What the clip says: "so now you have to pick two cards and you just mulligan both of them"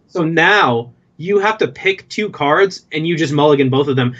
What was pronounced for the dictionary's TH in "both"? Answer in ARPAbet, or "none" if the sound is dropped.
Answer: TH